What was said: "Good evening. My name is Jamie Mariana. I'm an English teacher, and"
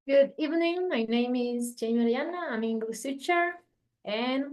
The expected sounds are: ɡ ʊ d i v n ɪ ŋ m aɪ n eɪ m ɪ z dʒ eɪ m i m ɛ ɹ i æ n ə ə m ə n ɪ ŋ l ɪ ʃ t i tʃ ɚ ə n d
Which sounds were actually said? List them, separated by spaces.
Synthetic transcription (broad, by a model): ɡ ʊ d i v n ɪ ŋ m aɪ n eɪ m ɪ z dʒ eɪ i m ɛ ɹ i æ n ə ə m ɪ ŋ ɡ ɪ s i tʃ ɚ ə n